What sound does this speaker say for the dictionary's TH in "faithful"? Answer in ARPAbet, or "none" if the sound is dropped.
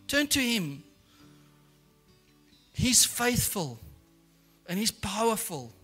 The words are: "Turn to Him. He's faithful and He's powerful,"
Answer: TH